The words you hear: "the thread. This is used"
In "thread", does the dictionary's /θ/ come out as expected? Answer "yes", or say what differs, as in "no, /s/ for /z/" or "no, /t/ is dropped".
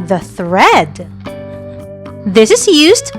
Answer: yes